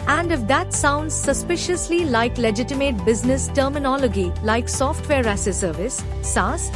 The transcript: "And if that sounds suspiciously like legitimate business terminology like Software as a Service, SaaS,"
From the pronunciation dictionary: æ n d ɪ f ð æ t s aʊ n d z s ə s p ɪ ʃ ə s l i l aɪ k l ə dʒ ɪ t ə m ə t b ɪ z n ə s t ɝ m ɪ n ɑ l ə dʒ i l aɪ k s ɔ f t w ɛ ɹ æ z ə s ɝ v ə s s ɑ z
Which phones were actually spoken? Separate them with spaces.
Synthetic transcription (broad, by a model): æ n d ɪ f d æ t s aʊ n d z s ə s p ɪ ʃ ə s l i l aɪ k l ə dʒ ɪ t ə m ə t b ɪ z n ə s t ɝ m ɪ n ɑ l ə dʒ i l aɪ k s ɔ f t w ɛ ɹ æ s ə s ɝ v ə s s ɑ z